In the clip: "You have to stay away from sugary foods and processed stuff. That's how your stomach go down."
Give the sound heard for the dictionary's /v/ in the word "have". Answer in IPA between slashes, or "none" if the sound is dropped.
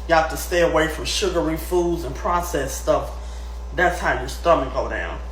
/f/